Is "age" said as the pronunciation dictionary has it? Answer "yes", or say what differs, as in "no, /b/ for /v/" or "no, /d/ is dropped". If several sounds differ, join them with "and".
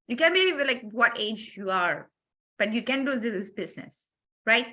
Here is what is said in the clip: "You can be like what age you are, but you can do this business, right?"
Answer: yes